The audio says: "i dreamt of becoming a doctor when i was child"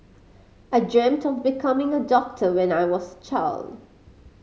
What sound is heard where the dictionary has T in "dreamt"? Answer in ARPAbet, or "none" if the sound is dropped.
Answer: T